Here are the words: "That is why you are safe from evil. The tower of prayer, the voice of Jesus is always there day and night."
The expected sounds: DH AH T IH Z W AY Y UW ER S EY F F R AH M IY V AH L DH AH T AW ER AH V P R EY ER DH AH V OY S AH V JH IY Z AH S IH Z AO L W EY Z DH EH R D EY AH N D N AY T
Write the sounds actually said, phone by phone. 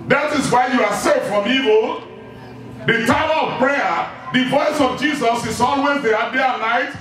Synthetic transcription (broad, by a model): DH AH T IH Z W AY Y UW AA S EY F F R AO M IY V AH L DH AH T AW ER AH V P R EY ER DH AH V OY S AH V JH IY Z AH S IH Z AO N W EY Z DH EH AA D EY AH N N AY T